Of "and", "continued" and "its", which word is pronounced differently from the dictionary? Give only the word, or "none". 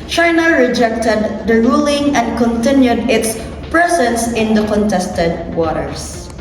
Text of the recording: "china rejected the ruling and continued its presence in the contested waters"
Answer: none